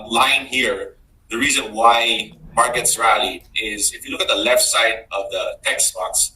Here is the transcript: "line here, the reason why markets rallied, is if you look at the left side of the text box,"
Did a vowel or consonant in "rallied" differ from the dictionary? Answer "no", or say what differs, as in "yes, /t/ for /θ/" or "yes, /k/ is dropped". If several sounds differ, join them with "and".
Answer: yes, /d/ is dropped